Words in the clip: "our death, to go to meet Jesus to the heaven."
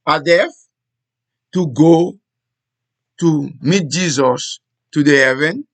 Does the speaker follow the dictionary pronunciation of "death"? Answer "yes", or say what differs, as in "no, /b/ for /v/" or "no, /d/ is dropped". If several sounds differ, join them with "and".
no, /f/ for /θ/